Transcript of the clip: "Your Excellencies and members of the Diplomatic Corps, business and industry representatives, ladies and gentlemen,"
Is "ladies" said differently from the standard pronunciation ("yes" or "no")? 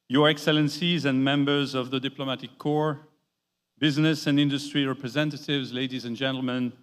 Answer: no